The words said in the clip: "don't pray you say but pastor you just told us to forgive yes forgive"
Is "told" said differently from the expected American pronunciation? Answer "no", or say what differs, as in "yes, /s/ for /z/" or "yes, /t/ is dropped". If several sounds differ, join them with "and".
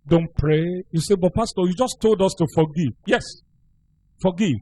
no